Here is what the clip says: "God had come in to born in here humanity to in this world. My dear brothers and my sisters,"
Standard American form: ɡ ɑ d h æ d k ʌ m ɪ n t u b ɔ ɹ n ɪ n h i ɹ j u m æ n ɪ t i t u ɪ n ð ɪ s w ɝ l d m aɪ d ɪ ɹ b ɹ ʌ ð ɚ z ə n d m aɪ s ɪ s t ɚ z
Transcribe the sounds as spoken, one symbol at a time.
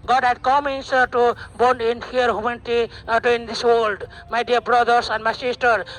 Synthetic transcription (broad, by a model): ɡ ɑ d h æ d k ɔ m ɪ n t u b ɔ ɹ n ɪ n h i ɹ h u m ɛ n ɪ t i t u ɪ n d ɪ s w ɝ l d m aɪ d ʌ ɹ b ɹ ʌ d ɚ s ə n d m aɪ s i s t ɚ